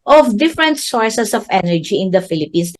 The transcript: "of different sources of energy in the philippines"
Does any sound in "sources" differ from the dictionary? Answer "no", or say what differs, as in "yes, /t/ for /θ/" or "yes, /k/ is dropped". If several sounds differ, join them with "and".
yes, /s/ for /z/